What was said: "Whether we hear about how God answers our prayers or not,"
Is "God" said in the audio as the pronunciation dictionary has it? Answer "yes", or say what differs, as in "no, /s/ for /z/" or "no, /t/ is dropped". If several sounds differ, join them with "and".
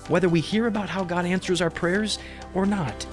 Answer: yes